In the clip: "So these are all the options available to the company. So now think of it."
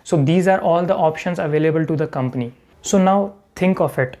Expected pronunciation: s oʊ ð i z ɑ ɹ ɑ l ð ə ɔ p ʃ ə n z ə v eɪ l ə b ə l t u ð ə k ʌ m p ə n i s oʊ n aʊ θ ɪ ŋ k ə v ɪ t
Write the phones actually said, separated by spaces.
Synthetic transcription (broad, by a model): s oʊ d i z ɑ ɹ ɑ l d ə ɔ p ʃ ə n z ə v eɪ l ə b ə l t u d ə k ʌ m p ə n i s oʊ n aʊ t ɪ ŋ k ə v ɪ t